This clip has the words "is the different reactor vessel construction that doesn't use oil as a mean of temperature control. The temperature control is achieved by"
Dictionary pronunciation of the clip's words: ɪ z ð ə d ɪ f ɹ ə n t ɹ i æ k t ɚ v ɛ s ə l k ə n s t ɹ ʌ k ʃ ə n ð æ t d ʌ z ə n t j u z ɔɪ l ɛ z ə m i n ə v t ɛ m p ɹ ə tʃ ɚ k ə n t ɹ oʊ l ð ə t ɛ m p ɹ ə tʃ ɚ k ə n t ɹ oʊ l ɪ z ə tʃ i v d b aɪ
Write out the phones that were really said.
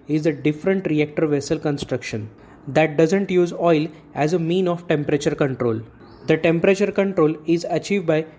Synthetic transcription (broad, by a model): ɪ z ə d ɪ f ɹ ə n t ɹ i æ k t ɚ v ɛ s ə l k ə n s t ɹ ʌ k ʃ ə n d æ t d ʌ z ə n t j u z ɔɪ l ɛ z ə m i n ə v t ɛ m p ɹ ə tʃ ɚ k ə n t ɹ oʊ l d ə t ɛ m p ɹ ə tʃ ɚ k ə n t ɹ oʊ l ɪ z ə tʃ i v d b aɪ